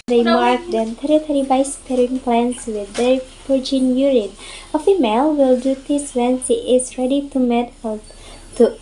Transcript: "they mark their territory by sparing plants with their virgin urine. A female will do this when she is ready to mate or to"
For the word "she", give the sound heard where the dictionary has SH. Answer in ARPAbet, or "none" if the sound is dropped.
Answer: S